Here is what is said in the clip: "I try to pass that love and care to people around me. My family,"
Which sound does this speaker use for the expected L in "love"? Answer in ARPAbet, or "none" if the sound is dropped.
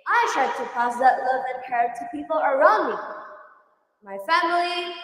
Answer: L